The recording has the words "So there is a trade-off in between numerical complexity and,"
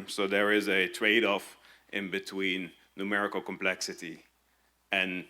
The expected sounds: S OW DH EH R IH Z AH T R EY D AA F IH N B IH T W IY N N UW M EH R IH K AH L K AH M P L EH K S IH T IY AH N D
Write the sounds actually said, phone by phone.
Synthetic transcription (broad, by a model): S OW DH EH R IH Z AH T R EY D AA F IH N B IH T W IY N N UW M EH R IH K AH L K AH M P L EH K S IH T IY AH N